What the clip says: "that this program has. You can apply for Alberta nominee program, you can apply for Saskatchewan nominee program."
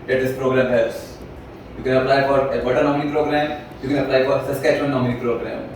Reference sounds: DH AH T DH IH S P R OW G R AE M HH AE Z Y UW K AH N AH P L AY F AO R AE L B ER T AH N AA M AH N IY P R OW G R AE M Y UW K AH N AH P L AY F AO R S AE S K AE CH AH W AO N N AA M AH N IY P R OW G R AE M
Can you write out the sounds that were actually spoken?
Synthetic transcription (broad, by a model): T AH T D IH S P R OW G R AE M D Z Y UW K AH N AH P L AY F AO R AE B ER T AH N AA M AH N IY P R OW G R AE M Y UW K AH N AH P L AY F AO R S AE S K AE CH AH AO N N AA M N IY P R OW G R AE M